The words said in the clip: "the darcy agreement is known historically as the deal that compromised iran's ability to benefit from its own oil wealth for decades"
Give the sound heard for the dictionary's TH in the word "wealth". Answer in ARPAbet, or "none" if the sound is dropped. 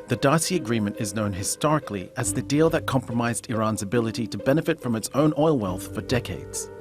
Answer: TH